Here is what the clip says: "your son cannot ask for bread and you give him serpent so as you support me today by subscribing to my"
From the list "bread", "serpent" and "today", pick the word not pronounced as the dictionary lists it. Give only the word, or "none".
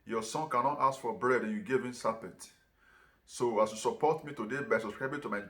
serpent